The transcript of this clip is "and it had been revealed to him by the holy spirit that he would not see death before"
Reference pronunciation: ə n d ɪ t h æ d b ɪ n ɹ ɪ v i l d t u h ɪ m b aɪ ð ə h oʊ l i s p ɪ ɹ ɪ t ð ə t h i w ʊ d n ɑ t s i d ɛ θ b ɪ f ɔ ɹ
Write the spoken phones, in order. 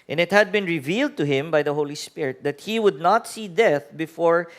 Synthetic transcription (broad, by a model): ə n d ɪ t h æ d b ɪ n ɹ ɪ v i l d t u h ɪ m b aɪ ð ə h oʊ l i s p ɪ ɹ ɪ t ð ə t h i w ʊ d n ɑ t s i d ɛ θ b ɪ f ɔ ɹ